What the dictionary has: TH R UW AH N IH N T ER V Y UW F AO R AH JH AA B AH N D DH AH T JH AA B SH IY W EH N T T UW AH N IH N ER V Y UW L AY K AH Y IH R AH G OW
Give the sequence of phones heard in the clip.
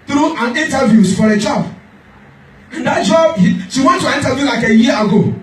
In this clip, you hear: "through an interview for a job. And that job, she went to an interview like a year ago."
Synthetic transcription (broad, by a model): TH R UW AH N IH N T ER V Y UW F AO R AH JH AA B AH N D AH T JH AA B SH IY W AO N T T UW AH N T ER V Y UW L AY K AH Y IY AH G OW